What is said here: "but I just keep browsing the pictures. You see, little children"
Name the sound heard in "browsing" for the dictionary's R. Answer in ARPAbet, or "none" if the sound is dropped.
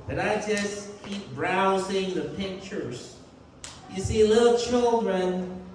R